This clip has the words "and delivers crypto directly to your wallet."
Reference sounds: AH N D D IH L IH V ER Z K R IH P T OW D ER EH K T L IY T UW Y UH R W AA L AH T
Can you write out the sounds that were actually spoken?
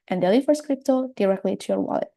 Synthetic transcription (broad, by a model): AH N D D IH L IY F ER S K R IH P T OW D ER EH K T L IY T UW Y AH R W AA L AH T